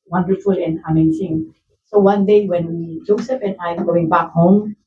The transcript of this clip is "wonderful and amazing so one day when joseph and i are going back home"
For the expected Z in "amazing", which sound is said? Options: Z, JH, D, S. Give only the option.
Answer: S